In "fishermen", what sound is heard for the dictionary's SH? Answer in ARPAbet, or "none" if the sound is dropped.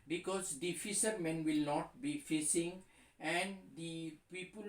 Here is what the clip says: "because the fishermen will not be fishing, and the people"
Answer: S